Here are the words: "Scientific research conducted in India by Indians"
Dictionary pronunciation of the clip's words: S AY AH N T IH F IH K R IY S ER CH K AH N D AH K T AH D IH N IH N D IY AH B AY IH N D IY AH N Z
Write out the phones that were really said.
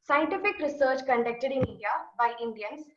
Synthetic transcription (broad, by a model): S AY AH N T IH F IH K R IY S ER CH K AH N D AH K T AH D IH N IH D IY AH B AY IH N D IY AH N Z